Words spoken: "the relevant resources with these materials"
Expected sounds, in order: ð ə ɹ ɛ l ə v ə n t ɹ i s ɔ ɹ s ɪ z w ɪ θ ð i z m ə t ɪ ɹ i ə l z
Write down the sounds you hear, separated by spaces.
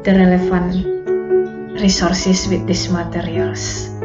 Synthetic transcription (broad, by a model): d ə ɹ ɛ l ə f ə n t ɹ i s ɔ ɹ s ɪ s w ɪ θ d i s m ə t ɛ ɹ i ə l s